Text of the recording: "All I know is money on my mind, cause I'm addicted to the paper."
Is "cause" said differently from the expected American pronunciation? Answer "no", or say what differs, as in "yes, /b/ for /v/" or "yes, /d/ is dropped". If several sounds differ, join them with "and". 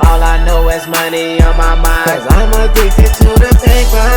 yes, /z/ is dropped